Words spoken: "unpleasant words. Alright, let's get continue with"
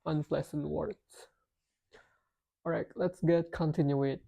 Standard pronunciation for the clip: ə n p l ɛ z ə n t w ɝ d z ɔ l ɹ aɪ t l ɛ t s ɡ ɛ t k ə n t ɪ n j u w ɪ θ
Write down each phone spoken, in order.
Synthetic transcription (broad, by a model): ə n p l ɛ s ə n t w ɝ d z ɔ ɹ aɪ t l ɛ t s ɡ ɛ t k ə n t ɪ n j u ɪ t